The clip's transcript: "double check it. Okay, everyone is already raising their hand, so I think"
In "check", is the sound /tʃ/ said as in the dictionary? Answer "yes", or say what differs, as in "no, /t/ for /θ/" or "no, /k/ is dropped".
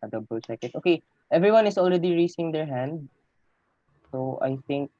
no, /s/ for /tʃ/